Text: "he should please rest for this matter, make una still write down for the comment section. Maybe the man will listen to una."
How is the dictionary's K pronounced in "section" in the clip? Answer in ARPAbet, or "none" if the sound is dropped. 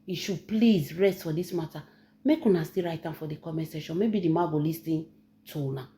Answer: none